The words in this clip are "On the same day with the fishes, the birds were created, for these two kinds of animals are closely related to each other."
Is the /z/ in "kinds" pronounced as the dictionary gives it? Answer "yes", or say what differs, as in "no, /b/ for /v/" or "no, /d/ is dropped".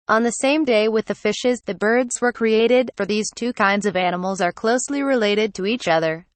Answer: yes